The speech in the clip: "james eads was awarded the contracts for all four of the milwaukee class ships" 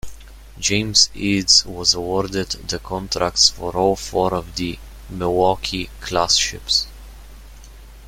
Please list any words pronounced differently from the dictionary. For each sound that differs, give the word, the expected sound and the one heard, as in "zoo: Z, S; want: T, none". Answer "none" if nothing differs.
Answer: milwaukee: L, none